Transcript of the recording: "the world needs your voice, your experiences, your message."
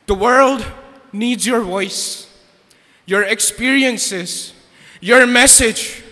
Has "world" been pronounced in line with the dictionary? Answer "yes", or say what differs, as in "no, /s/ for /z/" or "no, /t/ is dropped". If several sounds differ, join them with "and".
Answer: yes